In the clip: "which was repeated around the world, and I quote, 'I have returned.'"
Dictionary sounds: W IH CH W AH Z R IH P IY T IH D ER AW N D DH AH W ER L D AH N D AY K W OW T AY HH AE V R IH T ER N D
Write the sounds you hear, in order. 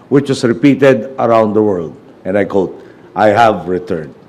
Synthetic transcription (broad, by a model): W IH CH W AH S R IH P IY T IH D ER AW N D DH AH W ER L D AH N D AY K OW T AY HH AE V R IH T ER N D